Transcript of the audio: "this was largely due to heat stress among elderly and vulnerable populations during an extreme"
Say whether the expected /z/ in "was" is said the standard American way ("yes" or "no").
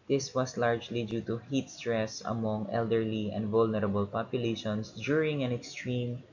no